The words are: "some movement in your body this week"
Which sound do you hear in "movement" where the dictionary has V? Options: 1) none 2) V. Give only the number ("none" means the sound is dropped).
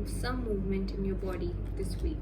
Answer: 2